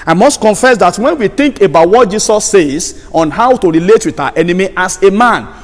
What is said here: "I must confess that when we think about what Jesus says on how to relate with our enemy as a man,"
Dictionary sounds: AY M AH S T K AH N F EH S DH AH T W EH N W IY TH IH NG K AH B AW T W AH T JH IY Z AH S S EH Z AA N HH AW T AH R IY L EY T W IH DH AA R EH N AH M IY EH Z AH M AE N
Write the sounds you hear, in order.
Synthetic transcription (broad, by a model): AY M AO S T K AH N F EH S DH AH T W EH N W IY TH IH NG K AH B AW T W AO T JH IY S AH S S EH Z AA N HH AW T AH R IY L EY T W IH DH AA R EH N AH M IY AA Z AH M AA N